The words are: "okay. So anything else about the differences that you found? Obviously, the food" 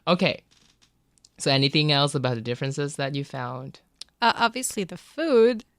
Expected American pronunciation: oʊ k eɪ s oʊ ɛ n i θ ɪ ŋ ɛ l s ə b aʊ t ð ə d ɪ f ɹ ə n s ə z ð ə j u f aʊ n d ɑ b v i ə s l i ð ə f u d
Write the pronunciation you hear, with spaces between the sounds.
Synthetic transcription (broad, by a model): oʊ k eɪ s oʊ ɛ n i θ ɪ ŋ ɛ l s ə b aʊ t ð ə d ɪ f ɹ ə n s ə z ð ə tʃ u f aʊ n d ɑ b v i ə s l i ð ə f u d